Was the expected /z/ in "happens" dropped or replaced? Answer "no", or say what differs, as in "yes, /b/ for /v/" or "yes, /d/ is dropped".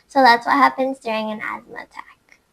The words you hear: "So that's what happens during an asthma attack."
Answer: no